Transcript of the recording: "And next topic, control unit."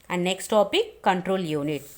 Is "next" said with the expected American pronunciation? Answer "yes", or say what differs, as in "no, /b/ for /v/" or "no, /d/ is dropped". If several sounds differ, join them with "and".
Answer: yes